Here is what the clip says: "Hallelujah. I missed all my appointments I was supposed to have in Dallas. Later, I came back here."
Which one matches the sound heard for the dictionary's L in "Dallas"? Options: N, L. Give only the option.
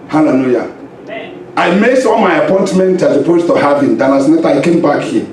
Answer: N